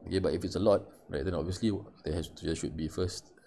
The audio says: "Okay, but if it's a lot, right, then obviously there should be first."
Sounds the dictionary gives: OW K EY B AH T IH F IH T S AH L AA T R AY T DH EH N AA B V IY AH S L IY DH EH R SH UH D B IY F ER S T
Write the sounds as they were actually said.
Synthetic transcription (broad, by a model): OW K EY B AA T IH F IH T S AH L AA T R AY T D EH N AA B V IY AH S L IY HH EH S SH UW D B IY F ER S T